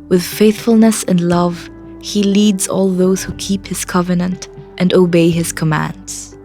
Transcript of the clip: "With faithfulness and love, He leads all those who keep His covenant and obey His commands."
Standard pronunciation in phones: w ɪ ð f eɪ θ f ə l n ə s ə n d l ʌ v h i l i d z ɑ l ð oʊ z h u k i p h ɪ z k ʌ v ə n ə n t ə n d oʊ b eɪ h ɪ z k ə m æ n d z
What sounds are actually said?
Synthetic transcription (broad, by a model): w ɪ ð f eɪ θ f ə l n ə s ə n l ʌ v h i l i d z ɑ l ð oʊ z h u k i p h ɪ z k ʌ v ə n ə n t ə n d oʊ b eɪ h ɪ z k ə m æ n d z